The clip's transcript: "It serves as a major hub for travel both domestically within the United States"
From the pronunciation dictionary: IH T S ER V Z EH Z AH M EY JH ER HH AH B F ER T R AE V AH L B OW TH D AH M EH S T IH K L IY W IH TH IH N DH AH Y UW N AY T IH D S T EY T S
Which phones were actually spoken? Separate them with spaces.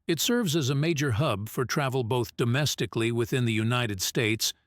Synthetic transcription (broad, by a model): IH T S ER V Z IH Z AH M EY JH ER HH AH B F ER T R AE V L B OW TH D AH M EH S T IH K L IY W IH TH IH N DH AH Y UW N AY T IH D S T EY T S